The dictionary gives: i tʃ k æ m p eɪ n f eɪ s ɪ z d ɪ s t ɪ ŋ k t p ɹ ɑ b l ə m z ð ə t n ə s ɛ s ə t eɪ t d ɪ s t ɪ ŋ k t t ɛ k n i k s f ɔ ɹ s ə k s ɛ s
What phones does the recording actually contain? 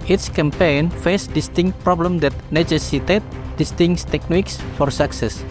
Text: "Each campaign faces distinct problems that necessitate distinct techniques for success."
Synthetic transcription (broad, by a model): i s k æ m p eɪ n f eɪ s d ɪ s t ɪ ŋ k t p ɹ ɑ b l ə m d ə t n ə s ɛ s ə t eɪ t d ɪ s t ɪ ŋ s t t ɛ k n i k s f ɔ ɹ s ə k s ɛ s